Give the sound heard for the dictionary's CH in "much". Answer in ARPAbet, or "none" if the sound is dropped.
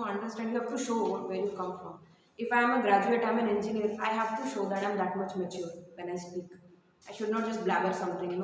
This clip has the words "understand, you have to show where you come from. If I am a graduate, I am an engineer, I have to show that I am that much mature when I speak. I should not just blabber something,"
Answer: CH